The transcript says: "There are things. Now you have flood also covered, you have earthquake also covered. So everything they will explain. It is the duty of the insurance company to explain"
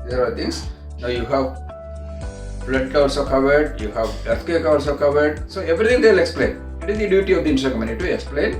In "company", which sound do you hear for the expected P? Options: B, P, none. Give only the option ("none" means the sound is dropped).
none